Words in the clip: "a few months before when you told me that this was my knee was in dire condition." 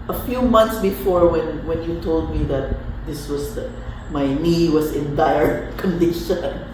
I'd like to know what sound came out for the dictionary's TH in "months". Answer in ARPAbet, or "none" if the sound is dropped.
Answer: T